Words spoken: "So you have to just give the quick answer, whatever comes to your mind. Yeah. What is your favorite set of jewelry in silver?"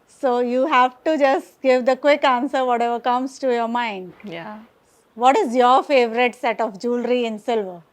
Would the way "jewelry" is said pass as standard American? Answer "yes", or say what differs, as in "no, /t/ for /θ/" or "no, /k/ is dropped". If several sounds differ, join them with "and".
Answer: yes